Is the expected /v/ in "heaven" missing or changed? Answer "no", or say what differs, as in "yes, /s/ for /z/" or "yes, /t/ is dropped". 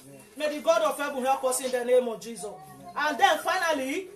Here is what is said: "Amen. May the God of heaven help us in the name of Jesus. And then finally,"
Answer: yes, /b/ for /v/